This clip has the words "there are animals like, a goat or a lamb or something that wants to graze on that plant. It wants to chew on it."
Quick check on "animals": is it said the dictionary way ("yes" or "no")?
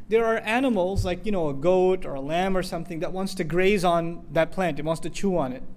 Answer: yes